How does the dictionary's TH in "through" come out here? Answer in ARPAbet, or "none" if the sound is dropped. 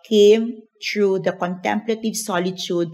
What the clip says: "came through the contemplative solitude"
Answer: T